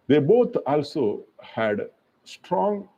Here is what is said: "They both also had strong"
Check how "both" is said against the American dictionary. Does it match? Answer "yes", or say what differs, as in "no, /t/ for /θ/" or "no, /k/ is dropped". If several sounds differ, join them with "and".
no, /t/ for /θ/